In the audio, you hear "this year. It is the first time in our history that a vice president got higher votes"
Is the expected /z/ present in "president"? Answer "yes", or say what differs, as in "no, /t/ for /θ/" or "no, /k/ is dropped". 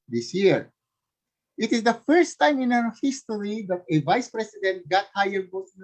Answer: no, /s/ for /z/